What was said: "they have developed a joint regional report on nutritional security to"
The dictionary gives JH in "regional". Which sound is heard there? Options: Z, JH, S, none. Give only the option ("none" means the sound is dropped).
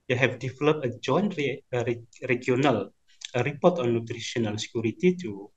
none